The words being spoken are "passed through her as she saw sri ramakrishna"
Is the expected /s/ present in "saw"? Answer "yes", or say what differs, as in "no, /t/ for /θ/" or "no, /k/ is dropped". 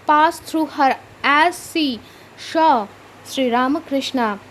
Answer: no, /ʃ/ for /s/